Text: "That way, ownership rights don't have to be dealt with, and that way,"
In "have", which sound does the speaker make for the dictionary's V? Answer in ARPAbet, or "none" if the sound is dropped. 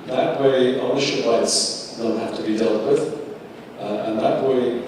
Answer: F